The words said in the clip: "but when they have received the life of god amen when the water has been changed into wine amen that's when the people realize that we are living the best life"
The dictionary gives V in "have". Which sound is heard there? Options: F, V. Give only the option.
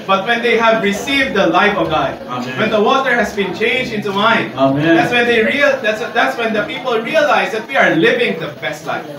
V